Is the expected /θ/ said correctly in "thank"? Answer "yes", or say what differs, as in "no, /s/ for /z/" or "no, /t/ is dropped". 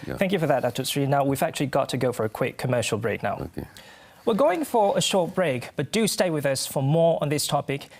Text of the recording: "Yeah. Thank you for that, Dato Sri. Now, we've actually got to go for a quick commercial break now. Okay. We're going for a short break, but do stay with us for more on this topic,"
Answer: yes